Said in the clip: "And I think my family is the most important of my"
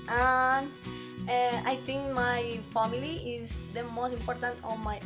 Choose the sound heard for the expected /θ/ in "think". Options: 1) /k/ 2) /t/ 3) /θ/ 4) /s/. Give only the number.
2